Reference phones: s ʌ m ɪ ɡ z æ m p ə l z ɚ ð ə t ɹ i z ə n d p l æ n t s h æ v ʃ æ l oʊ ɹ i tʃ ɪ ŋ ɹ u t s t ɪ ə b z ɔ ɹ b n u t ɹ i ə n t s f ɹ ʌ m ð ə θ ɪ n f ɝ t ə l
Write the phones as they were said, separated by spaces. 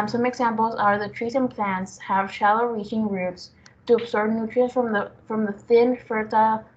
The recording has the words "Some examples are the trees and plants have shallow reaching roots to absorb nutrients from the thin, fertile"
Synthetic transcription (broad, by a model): s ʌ m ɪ ɡ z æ m p l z ɚ ð ə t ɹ i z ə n p l æ n t s h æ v ʃ æ l oʊ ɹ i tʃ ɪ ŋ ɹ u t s t ɪ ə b s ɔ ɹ n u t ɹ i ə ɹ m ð f ɹ ʌ m ð ə θ ɪ n f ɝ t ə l